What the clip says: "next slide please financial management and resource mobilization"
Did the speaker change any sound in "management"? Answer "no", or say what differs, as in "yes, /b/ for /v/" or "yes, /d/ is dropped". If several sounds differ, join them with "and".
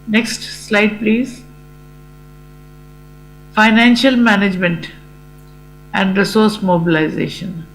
no